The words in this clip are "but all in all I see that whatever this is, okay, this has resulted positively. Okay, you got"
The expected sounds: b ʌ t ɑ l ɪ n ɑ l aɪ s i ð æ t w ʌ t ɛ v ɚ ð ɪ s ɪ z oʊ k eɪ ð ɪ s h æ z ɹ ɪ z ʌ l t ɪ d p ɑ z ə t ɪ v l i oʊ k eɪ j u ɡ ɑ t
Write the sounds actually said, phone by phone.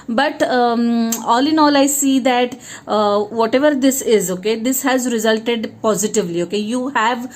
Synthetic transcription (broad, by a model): b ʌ t ɑ l ɪ n ɑ l aɪ s i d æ t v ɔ t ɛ v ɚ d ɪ s ɪ z oʊ k eɪ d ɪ s h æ z ɹ ɪ z ʌ l t ɪ d p ɑ z ə t ɪ v l i oʊ k eɪ j u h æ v